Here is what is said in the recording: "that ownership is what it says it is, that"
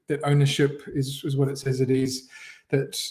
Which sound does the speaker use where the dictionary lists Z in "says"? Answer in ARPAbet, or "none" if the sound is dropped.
Z